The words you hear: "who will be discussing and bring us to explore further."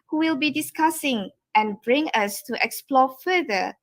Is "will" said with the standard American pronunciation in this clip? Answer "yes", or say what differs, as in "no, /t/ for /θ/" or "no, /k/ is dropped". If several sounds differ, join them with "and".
yes